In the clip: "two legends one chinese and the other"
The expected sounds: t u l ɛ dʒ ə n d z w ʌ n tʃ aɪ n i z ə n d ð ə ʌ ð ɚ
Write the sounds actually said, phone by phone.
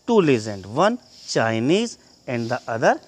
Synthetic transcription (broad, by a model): t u l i z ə n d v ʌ n tʃ aɪ n i z ə n d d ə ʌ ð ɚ